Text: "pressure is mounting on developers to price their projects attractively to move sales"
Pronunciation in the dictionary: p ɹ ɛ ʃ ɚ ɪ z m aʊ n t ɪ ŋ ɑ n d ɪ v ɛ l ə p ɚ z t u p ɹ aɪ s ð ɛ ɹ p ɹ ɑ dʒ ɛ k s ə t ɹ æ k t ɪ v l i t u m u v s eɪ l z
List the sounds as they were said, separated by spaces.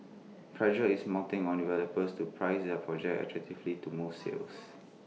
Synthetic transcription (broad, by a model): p ɹ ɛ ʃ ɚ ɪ s m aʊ t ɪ ŋ ɑ n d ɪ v ɛ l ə p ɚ s t u p ɹ aɪ s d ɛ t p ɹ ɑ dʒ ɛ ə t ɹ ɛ k t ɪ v l i t u m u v s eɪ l s